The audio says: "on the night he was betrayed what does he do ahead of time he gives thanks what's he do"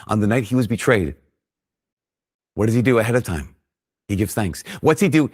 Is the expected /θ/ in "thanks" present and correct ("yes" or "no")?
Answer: yes